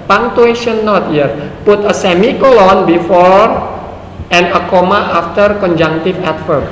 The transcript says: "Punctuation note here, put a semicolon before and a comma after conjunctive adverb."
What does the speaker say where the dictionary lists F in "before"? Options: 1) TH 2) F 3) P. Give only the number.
2